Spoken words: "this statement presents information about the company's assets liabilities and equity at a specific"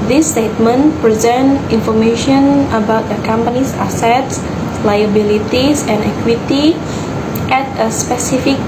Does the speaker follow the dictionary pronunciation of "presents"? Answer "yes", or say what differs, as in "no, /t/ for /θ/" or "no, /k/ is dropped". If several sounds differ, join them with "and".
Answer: no, /s/ is dropped